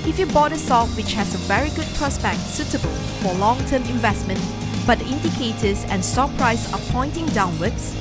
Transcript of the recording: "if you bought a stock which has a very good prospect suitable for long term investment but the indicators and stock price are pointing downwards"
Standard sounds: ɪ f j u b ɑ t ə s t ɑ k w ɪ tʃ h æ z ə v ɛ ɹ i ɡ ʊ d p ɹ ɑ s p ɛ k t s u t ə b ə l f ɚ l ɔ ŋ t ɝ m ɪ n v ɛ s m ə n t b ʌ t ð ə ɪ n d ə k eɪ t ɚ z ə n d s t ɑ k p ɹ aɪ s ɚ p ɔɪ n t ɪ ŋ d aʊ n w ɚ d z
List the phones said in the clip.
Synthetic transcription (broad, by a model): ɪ f j u b ɑ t ə s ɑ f w ɪ tʃ h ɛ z ə v ɛ ɹ i ɡ ʊ d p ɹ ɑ s b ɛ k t s u t ə b ə l f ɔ l ɔ ŋ t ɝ m ɪ n v ɛ s m ə n t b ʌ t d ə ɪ n d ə k eɪ t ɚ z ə n s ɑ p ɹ aɪ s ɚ p ɔɪ n t ɪ ŋ d aʊ n w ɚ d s